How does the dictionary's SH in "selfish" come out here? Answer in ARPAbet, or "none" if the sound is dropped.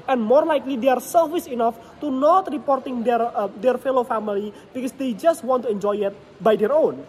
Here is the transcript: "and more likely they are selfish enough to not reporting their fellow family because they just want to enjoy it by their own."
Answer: S